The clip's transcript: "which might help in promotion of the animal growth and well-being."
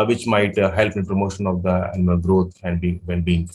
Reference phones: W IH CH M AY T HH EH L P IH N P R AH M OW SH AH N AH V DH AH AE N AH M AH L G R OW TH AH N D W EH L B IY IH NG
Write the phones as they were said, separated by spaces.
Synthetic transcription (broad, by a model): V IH CH M AY T HH EH L P IH N P R AH M OW SH AH N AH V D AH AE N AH M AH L G R OW T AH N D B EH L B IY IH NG